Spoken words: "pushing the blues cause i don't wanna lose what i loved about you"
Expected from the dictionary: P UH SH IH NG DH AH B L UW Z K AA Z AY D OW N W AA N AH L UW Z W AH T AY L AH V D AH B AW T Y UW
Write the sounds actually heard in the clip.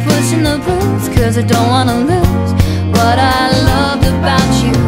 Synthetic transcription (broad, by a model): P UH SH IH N DH AH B UW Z K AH Z AY D OW N W AA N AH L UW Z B AH T AY L AH V AH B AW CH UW